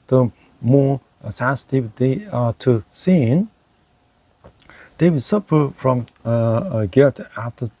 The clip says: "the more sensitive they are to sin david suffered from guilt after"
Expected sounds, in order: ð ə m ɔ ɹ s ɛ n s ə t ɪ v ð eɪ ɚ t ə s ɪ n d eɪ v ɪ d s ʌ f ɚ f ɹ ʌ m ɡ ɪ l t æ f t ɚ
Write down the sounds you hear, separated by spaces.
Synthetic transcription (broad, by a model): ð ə m ɔ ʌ s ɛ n s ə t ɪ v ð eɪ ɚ t ə s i n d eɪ w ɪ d s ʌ p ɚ f ɹ ʌ m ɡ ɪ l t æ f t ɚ